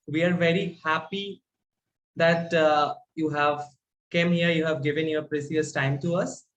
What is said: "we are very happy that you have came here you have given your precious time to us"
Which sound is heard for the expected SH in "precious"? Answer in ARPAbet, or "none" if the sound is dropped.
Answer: S